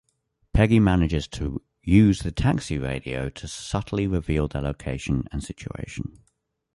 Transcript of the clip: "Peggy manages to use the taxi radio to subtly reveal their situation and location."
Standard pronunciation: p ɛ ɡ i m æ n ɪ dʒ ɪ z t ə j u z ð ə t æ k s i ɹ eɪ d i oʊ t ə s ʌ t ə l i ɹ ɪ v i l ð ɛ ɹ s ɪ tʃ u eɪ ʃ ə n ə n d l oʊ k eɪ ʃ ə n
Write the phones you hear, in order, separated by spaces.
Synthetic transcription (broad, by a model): p ɛ ɡ i m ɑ n ɪ dʒ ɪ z t ə j u z ð ə t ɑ k s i ɹ eɪ d i oʊ t ə s ʌ t ə l i ɹ ɪ v i l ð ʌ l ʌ u eɪ ʃ ə n ə n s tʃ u eɪ ʃ ə n